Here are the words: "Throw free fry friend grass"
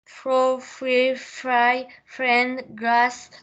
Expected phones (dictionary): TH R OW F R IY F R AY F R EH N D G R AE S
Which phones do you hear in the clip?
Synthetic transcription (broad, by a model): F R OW F R IY F R AY F R EH N D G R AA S